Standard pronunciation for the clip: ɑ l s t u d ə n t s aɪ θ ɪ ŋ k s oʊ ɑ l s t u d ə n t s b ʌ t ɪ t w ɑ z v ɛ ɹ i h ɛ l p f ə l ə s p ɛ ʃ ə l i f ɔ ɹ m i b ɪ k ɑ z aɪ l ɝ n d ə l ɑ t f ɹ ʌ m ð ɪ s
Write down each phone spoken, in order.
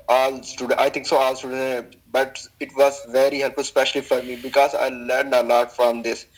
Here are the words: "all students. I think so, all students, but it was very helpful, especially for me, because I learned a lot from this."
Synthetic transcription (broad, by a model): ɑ l s t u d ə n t aɪ t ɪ ŋ k s oʊ ɑ l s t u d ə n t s b ʌ t ɪ t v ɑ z v ɛ ɹ i h ɛ l p f ə l s p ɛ ʃ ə l i f ɔ ɹ m i b ɪ k ɑ z aɪ l ɝ n d ə l ɑ t f ɹ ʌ m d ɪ s